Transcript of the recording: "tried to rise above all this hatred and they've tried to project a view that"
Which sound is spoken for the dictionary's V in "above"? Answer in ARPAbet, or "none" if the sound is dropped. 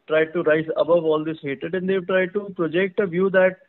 V